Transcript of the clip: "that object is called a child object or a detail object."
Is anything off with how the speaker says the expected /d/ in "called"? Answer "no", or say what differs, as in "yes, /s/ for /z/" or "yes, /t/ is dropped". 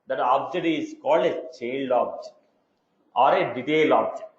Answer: no